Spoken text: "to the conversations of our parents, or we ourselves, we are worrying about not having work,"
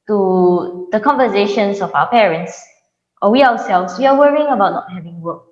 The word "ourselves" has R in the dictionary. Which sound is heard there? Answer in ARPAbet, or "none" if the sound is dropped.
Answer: W